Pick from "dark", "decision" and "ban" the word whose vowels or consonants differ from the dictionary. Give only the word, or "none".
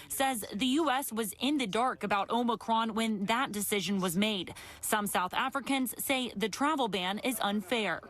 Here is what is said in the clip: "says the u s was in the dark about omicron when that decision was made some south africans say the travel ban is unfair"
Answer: none